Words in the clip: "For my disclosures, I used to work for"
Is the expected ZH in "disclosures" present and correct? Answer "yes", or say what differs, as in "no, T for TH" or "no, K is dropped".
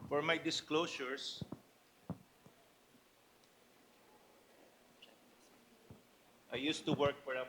no, S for ZH